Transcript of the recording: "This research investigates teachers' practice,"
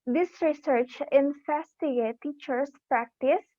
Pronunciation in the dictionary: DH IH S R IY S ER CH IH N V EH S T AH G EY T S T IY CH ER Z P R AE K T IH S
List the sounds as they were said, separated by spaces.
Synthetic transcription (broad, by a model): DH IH S R IY S ER CH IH N F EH S T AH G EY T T IY CH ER S P R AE K T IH S